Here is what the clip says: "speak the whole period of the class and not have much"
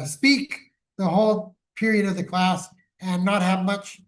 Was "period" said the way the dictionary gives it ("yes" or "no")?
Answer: yes